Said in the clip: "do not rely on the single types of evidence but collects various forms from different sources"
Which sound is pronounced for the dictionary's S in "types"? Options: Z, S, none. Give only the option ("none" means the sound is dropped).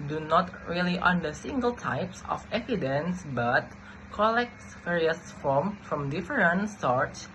S